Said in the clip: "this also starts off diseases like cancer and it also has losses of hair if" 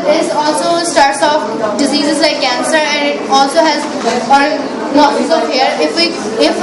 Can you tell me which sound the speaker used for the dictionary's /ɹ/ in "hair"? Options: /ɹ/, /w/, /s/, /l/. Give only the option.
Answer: /w/